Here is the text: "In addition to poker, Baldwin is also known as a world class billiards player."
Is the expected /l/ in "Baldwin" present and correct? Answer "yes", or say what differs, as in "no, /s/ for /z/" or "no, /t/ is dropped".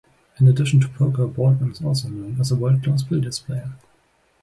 no, /l/ is dropped